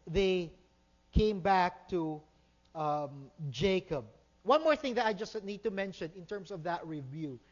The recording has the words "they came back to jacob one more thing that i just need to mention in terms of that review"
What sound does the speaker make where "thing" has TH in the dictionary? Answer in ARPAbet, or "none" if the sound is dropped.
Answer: TH